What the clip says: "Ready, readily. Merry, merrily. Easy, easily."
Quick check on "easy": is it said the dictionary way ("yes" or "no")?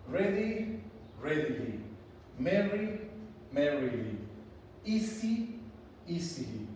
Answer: no